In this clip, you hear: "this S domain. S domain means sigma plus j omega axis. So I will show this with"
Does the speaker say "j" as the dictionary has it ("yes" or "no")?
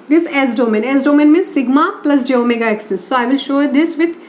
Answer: yes